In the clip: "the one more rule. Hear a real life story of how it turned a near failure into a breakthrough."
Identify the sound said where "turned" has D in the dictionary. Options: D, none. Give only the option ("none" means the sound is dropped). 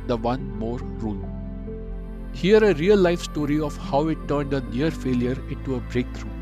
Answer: D